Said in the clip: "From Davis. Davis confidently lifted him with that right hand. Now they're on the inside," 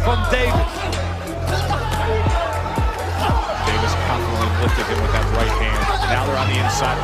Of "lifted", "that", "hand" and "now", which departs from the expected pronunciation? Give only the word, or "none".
lifted